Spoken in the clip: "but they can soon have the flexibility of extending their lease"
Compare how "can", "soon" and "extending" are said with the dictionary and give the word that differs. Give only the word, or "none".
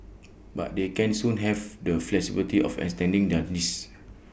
extending